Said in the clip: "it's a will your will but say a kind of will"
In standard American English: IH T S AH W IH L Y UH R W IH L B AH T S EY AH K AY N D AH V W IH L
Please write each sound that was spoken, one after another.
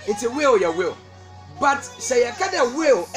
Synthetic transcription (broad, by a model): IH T AH W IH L Y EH W IH L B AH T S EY AH K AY D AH W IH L